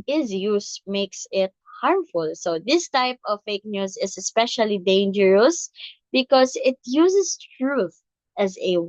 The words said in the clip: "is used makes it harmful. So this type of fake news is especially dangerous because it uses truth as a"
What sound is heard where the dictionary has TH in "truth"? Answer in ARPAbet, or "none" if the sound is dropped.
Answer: TH